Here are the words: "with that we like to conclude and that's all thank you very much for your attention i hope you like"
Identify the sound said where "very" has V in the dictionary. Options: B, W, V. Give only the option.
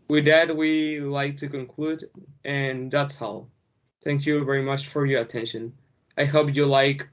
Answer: V